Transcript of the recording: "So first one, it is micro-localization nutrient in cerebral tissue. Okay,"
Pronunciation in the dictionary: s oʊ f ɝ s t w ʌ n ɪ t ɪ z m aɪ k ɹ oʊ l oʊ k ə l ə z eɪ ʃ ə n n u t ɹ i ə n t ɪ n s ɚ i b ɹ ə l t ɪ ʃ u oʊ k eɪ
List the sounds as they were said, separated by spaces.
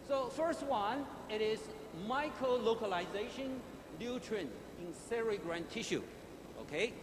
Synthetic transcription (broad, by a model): s oʊ f ɝ s t w ʌ n ɪ t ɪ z m aɪ k ɹ oʊ l oʊ k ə l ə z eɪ ʃ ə n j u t ɹ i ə n ɪ n s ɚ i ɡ ɹ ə n t ɪ ʃ u oʊ k eɪ